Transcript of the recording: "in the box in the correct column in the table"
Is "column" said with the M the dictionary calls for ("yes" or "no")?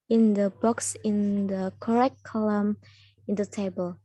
yes